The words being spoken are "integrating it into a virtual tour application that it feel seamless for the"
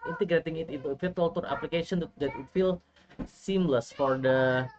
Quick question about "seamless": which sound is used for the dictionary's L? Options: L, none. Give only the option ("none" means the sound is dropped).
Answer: L